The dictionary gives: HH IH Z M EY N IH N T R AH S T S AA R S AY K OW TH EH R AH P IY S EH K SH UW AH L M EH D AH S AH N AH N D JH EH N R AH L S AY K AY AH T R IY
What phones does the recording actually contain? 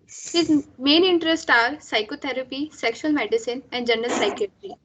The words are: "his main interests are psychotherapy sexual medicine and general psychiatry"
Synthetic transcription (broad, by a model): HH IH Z M EY N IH N T R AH S T AA R S AY K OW T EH R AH P IY S EH K SH UW AH L M EH D AH S AH N AH N D JH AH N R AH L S AY K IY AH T R IY